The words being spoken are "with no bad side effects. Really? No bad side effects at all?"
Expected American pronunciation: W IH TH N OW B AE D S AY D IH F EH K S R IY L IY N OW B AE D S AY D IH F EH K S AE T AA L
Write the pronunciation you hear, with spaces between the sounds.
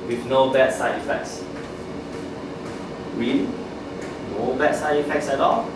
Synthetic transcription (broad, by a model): W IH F N OW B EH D S AY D IH F EH K S W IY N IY N OW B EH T S AY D IH F EH K S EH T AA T